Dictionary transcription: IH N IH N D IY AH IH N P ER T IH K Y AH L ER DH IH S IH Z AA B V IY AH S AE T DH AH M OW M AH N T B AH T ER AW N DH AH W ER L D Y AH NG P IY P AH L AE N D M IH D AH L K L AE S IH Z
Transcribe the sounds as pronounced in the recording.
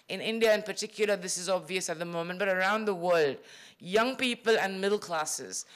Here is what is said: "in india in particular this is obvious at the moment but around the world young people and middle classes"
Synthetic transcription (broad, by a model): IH N IH N D IY AH IH N P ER T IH K Y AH L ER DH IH S IH Z AA B V IY AH S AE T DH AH M OW M AH N T B AH T ER AW N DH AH W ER L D Y AH NG P IY P AH L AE N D M IH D L K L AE S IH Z